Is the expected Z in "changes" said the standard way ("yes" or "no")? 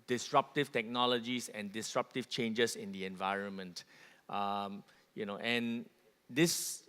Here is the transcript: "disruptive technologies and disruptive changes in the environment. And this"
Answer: no